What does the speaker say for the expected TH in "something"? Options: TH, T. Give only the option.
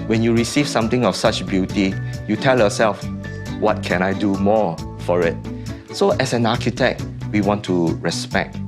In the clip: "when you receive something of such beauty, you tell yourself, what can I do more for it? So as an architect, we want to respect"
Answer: T